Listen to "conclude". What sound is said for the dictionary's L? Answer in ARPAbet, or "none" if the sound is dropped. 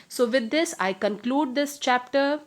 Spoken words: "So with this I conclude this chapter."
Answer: L